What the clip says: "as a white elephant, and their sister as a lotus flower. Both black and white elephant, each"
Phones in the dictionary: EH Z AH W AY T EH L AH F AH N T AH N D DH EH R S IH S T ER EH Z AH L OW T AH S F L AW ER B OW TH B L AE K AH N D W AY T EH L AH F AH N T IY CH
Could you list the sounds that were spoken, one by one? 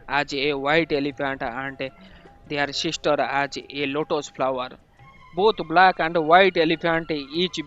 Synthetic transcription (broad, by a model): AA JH AH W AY T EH L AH P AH N T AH N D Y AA R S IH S T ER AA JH AH L OW T AH S P L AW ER B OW T B L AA K AH N D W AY T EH L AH P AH N T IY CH